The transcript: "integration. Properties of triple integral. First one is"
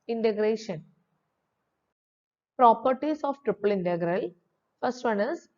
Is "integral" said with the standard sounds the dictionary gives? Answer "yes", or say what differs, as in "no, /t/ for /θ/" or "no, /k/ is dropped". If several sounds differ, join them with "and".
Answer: yes